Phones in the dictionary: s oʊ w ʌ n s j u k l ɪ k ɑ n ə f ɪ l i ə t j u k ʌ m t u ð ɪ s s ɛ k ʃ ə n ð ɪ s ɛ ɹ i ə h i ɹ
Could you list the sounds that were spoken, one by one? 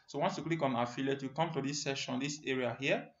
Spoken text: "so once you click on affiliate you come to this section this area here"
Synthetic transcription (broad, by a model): s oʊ w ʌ n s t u k l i k ɑ n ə f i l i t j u k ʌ m t u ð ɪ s s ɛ ʃ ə n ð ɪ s ɛ ɹ i ə h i